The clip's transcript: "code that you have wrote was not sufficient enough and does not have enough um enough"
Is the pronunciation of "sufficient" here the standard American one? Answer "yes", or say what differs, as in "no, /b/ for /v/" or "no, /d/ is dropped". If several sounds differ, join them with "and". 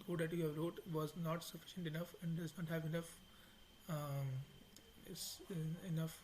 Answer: yes